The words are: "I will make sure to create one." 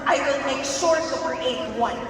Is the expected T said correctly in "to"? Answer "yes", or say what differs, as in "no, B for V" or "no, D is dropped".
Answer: no, S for T